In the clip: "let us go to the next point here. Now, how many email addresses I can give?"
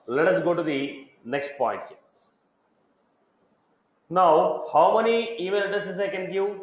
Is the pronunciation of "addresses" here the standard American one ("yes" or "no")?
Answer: no